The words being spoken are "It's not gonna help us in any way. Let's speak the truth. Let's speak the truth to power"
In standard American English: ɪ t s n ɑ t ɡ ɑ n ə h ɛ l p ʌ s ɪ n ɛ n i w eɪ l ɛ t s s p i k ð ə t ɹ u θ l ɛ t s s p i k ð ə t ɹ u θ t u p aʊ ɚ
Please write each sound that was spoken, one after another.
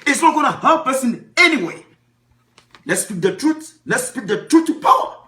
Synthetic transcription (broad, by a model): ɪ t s n ɑ t ɡ ɑ n ə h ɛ p ʌ s ɪ n ɛ n i w eɪ l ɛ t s s p i k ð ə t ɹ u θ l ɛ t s s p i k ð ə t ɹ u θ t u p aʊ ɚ